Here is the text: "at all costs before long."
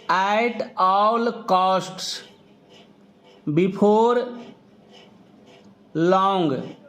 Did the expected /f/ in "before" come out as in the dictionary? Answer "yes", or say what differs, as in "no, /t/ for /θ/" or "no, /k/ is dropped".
no, /p/ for /f/